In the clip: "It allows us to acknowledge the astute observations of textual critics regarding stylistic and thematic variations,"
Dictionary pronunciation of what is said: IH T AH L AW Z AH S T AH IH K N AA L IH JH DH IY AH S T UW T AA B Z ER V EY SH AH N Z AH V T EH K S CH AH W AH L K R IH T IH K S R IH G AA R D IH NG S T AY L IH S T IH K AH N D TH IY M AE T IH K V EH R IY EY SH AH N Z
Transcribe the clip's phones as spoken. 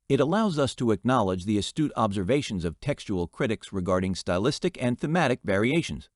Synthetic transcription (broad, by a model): IH T AH L AW Z AH S T AH IH K N AA L IH JH DH IY AH S T UW T AA B Z ER V EY SH AH N Z AH V T EH K S CH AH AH L K R IH T IH K S R IH G AA R D IH NG S T AY L IH S T IH K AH N TH IY M AE T IH K V EH R IY EY SH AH N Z